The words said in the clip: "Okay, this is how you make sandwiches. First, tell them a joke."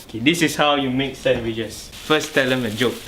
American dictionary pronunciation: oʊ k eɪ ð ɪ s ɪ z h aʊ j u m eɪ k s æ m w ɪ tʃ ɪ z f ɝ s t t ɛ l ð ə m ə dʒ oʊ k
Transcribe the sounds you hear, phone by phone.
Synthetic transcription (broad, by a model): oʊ k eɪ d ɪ s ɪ s h aʊ j u m eɪ k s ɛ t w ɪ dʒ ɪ s f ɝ s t t ɛ l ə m ə dʒ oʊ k